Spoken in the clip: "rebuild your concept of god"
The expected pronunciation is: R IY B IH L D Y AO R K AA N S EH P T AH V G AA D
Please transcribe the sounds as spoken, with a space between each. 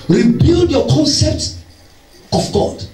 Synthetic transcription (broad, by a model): R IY B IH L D Y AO K AA N S EH P T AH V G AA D